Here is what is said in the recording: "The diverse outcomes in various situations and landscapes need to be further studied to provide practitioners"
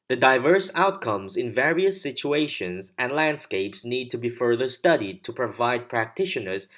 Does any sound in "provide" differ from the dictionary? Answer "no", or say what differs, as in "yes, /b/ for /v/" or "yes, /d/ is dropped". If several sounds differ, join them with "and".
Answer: no